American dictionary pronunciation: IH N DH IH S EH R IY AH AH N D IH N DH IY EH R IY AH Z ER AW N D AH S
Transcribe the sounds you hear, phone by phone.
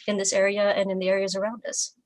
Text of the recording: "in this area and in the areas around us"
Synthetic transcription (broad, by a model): IH N DH IH S EH R IY AH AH N IH N DH IY EH R IY AH Z ER AW N D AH S